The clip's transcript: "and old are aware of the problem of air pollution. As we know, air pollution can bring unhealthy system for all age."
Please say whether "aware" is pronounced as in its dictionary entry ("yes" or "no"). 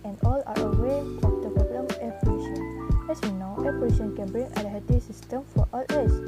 no